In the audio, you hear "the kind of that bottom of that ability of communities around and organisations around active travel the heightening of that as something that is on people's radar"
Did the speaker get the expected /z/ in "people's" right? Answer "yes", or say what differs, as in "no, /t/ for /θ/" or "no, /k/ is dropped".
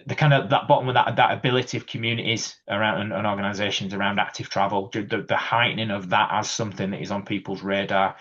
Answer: yes